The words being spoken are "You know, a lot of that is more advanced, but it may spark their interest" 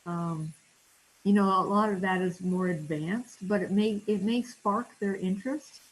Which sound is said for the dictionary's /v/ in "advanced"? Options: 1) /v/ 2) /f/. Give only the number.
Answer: 1